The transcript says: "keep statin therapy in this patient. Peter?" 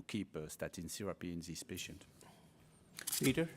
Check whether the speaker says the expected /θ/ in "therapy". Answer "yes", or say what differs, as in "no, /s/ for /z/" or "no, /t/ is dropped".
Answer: no, /s/ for /θ/